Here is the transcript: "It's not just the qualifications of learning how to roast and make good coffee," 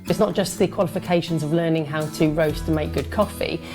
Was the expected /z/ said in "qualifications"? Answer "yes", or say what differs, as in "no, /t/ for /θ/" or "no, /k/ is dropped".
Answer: yes